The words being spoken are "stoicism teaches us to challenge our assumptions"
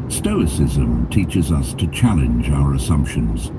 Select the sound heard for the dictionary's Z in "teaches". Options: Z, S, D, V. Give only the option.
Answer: Z